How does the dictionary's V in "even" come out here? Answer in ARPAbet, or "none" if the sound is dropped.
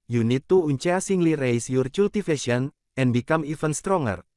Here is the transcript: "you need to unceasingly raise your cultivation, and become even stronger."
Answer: F